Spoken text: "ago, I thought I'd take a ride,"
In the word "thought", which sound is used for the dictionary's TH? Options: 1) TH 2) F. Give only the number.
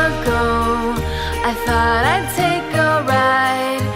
1